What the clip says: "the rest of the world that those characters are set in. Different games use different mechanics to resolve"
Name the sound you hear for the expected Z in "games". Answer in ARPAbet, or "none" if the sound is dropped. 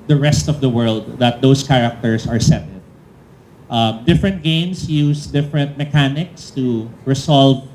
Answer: S